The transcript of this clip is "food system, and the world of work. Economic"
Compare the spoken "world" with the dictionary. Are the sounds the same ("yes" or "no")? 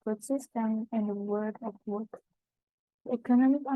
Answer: no